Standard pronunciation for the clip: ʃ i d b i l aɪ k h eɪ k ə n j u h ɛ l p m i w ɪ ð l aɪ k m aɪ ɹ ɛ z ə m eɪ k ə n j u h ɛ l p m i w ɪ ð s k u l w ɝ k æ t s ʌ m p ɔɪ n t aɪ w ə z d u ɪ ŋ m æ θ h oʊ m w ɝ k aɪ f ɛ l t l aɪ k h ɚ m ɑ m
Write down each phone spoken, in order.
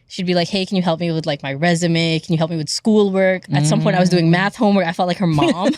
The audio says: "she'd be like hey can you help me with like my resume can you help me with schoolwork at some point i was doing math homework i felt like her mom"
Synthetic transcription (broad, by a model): ʃ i d b i l aɪ k h eɪ k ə n j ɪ h ɛ l p m i w ɪ ð l aɪ k m aɪ ɹ ɛ z ə m eɪ k n j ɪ h ɛ l p m i w ɪ ð s k u l w ɝ k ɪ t s ʌ m p ɔɪ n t aɪ w ə z d u ɪ ŋ m æ θ h oʊ m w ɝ aɪ f ɛ l t l aɪ k h ɚ m ɑ m